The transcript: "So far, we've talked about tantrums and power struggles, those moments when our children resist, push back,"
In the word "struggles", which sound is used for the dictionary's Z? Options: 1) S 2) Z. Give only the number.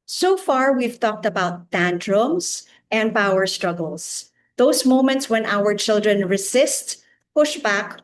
1